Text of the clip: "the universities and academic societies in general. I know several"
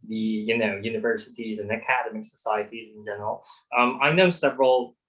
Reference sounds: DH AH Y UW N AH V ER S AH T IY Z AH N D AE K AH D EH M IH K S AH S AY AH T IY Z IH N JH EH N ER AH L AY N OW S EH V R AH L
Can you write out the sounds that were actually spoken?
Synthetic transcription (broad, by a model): DH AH Y UW N AH V ER S AH T IY Z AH N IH K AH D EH M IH K S AH S AY AH T IY Z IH N JH EH N ER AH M AY N OW S EH V R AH L